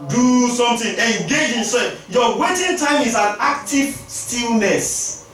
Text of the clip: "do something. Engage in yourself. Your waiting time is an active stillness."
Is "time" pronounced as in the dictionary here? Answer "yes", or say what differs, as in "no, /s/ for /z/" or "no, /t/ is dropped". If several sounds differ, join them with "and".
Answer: yes